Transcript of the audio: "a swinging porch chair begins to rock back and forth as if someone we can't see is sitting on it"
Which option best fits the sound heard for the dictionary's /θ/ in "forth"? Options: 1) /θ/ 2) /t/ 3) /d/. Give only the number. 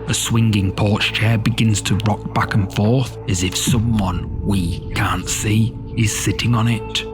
1